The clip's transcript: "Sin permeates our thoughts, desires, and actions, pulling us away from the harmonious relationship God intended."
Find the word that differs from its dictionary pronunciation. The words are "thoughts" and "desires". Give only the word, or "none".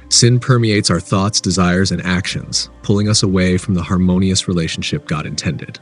none